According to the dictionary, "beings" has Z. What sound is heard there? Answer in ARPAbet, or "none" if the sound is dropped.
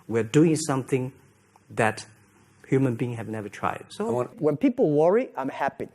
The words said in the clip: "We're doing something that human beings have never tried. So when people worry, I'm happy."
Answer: none